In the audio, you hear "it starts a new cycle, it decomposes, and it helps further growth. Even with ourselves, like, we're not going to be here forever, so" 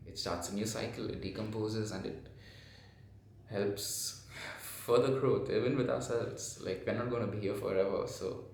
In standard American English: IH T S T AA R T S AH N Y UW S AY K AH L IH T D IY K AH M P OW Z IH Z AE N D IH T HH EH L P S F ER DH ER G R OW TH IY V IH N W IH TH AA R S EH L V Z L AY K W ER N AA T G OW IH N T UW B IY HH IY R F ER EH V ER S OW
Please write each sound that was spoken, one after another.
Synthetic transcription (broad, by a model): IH T S T AA R T S AH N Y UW S AY K AH L IH T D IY K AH M P OW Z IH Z AE N D IH T HH EH L P S F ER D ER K R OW T IY V IH N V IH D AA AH S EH L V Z L AY K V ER N AA T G OW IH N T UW B IY HH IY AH F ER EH V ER S OW